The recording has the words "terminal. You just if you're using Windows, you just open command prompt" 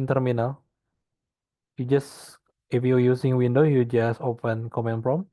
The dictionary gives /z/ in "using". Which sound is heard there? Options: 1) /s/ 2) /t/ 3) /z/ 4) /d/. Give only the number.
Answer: 1